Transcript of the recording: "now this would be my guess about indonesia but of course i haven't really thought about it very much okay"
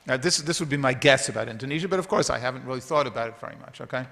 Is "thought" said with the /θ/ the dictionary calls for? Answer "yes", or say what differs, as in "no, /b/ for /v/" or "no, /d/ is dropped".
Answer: yes